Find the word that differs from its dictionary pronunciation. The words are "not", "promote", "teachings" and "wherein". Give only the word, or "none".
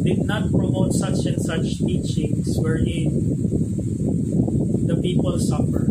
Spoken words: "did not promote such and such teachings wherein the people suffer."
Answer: teachings